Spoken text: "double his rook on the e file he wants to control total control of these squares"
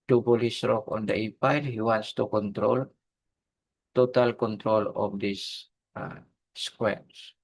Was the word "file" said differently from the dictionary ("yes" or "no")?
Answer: yes